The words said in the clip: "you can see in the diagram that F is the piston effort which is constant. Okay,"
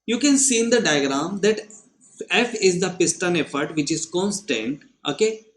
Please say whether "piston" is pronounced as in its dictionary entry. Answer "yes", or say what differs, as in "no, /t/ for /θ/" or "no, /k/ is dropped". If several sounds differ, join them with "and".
yes